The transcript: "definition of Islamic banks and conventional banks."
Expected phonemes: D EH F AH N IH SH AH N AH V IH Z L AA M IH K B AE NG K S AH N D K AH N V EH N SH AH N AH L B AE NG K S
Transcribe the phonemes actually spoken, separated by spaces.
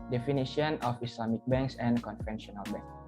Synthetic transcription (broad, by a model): D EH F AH N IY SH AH N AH F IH S L AA M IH K B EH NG K S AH N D K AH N F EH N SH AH N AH L B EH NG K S